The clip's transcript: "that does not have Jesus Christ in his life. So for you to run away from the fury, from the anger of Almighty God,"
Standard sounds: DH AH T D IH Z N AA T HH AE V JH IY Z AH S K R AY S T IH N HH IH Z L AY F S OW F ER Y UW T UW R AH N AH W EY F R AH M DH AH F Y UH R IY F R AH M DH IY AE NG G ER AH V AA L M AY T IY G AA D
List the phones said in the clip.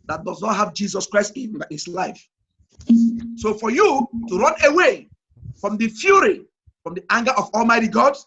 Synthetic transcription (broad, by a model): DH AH T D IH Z N AA T HH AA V JH IY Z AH S K R AY S T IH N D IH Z L AY F S OW F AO Y UW T UW R AH N AH W EY F R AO M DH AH F Y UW R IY F R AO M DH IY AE NG G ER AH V AA L M AY T IY G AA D